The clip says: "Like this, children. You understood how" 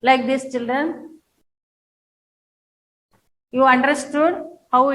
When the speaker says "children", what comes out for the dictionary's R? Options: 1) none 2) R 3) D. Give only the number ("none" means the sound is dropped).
2